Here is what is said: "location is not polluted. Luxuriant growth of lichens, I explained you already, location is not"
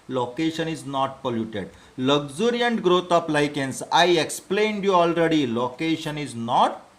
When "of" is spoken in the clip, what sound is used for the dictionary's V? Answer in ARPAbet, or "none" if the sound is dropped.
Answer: P